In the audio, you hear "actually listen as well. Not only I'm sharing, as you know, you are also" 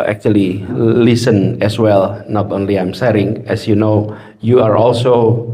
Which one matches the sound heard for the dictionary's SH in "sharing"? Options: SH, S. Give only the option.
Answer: S